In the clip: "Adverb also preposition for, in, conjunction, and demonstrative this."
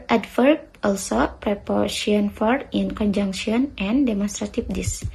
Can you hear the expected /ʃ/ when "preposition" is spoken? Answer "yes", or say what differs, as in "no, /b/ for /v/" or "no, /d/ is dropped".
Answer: no, /ʃ/ is dropped